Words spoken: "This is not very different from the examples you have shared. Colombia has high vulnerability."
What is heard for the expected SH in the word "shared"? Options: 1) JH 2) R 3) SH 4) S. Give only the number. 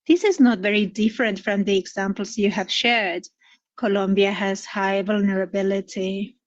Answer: 3